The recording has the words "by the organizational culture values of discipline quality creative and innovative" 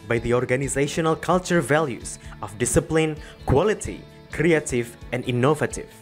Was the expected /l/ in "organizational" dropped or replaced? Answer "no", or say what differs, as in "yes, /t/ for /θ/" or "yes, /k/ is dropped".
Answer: no